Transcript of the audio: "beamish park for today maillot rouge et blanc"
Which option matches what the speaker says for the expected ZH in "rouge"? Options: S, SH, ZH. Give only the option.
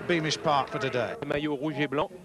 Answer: ZH